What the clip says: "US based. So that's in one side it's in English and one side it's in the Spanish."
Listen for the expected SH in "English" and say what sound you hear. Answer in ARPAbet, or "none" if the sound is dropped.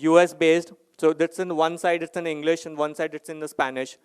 SH